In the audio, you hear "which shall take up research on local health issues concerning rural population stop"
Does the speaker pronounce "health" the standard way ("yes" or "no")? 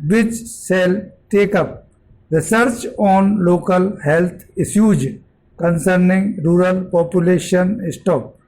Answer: no